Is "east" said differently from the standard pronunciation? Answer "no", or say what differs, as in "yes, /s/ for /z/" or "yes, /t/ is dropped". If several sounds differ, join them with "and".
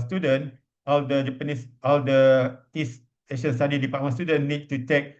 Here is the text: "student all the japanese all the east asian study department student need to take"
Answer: yes, /t/ is dropped